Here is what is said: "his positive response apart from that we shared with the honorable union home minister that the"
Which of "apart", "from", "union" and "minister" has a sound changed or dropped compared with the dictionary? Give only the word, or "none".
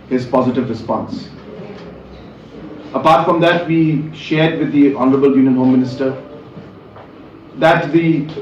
none